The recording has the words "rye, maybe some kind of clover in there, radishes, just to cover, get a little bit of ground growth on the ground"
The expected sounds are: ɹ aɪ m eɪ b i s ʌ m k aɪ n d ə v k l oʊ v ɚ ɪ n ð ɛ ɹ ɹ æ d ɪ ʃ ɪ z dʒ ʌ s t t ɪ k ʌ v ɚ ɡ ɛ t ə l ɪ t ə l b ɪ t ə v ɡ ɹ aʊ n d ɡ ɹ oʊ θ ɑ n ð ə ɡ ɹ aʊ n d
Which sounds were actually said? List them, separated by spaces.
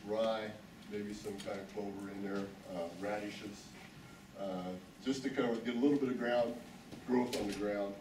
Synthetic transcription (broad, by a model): ɹ aɪ m eɪ b i s ʌ m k aɪ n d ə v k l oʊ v ɚ ɪ n ð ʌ ɹ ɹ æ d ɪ ʃ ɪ s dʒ ʌ s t t ɪ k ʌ w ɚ ɡ ɛ t ə l ɪ t l b ɪ t ə v ɡ ɹ aʊ n d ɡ ɹ oʊ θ n ð ə ɡ ɹ aʊ n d